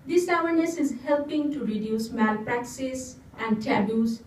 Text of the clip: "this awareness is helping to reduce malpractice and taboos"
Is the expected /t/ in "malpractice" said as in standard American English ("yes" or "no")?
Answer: no